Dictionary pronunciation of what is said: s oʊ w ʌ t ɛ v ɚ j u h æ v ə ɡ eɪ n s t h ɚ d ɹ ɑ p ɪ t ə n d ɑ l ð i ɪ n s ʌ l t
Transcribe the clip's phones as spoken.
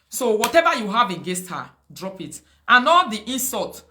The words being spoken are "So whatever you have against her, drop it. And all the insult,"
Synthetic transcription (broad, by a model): s oʊ w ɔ t ɛ v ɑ j u h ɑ v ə ɡ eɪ s t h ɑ d ɹ ɑ p ɪ t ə n ɑ l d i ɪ n s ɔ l t